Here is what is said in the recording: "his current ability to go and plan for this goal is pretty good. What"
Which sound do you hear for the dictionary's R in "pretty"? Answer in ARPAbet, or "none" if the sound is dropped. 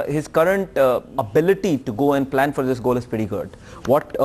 none